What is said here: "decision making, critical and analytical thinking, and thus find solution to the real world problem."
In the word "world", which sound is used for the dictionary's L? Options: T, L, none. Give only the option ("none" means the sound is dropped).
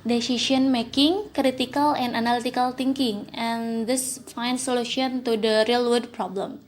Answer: none